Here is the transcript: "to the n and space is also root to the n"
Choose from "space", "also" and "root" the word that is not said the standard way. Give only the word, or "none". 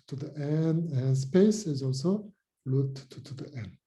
root